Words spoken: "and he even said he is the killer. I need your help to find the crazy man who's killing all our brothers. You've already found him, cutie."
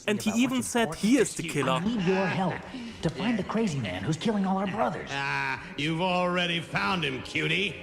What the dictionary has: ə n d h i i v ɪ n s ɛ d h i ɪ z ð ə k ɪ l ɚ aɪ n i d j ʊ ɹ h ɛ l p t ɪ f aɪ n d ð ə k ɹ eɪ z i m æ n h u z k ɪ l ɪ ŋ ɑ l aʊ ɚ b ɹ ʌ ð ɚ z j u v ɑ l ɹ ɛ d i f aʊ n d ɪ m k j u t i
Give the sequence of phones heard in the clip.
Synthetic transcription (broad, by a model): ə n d h i i v ɪ n s ɛ d h i ɪ z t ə k ɪ l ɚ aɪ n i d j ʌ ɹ h ɛ l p t ɪ f aɪ n ð ə k ɹ eɪ z i m æ n h u z k ɪ l ɪ ŋ ɑ l aʊ ɚ b ɹ ʌ ð ɚ z j u v l ɹ ɛ d i f aʊ n d ɪ m k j u t i